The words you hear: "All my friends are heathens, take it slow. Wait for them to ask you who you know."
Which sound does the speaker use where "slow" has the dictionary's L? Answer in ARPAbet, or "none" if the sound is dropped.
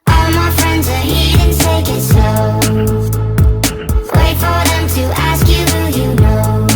none